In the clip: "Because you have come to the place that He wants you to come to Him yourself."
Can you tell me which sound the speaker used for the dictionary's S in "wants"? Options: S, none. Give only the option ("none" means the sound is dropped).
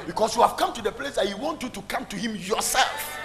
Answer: none